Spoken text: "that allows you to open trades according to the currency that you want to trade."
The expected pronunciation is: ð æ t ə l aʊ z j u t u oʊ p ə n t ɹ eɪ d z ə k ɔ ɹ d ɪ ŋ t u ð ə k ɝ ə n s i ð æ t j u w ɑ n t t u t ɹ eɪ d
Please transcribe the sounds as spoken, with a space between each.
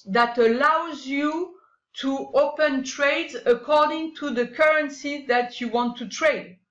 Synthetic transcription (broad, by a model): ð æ t ə l aʊ z j u t u oʊ p ə n t ɹ eɪ d z ə k ɔ ɹ d ɪ ŋ t u ð ə k ɝ ə n s i ð æ t j u w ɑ n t t u t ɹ eɪ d